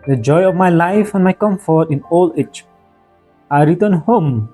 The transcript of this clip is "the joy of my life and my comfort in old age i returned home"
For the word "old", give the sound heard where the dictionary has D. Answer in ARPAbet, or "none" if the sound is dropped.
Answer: none